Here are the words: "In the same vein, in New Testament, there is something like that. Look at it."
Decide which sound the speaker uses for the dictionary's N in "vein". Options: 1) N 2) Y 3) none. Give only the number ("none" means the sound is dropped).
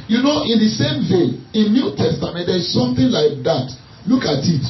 3